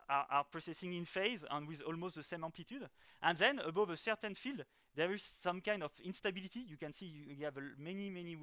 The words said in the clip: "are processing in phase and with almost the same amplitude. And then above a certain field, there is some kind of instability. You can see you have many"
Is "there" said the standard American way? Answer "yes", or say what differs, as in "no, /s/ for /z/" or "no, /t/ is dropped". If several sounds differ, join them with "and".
yes